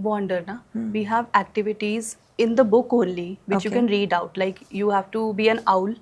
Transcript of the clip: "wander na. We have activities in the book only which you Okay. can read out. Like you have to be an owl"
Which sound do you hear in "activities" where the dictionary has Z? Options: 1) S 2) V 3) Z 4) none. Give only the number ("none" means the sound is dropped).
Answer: 3